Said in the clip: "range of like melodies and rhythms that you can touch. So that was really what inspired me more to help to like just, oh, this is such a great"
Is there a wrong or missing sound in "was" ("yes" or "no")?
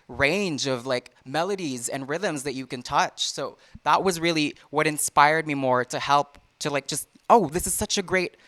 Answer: no